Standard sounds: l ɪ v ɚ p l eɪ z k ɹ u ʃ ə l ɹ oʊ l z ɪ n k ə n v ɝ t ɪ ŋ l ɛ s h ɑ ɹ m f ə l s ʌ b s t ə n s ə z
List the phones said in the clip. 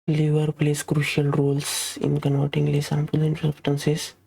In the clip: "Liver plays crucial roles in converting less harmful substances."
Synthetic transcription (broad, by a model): l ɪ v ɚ p l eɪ s k ɹ u ʃ ə l ɹ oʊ l s ɪ n k ə n v ɝ t ɪ ŋ l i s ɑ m p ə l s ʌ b s t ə n s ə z